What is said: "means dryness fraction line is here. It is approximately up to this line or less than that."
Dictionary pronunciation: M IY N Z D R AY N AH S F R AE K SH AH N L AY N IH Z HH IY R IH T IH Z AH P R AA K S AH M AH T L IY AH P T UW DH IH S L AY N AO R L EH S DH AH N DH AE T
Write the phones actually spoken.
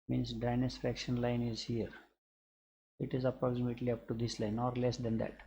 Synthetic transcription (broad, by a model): M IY N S D AY N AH S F R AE K SH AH N L AY N IH Z HH IY R IH T IH Z AH P R AA K S AH M AH T L IY AH P T UW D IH S L AY N AO R L EH S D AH N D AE T